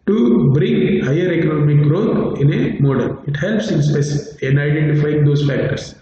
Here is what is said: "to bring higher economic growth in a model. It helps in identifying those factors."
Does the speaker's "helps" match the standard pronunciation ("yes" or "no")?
yes